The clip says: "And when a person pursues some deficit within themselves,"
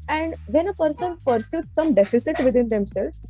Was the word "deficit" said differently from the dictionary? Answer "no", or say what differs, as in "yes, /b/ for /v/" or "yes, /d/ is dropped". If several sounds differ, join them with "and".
no